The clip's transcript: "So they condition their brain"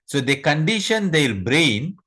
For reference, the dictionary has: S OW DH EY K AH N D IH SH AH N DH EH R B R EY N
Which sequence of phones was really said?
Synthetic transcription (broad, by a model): S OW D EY K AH N D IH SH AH N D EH L B R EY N